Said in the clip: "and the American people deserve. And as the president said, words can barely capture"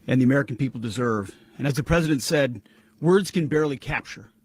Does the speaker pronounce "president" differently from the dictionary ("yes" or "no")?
no